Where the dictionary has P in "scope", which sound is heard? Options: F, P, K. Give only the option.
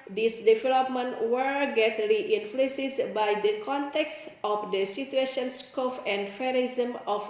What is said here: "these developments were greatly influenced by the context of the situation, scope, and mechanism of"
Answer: F